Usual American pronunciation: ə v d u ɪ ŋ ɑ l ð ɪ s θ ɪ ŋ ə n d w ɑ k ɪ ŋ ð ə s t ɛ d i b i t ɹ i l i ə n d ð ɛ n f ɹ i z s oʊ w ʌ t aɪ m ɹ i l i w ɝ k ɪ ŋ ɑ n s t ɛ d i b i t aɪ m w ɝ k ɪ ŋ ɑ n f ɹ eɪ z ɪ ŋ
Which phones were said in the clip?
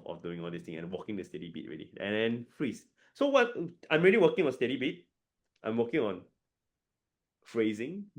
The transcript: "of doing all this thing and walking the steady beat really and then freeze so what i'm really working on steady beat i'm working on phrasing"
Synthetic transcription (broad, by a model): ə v d u ɪ ŋ ɑ l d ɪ s t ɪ ŋ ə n w ɑ k ɪ ŋ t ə s t ɛ d i b i t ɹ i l i ə n d ɛ n f ɹ i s s oʊ w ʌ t aɪ m ɹ i l i w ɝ k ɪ ŋ ɑ n s t ɛ d i b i t aɪ m w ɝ k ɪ ŋ ɑ n f ɹ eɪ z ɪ ŋ